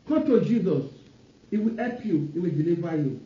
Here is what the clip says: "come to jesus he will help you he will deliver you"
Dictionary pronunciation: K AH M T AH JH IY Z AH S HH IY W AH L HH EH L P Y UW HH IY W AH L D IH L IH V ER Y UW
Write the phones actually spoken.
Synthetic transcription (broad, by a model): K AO T AH JH IY Z AH S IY W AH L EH P Y UW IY W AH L D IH L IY V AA Y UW